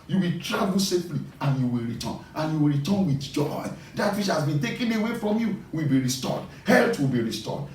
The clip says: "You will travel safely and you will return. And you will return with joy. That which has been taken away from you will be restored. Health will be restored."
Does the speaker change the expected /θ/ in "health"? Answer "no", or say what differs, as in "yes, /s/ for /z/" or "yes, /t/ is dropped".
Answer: yes, /t/ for /θ/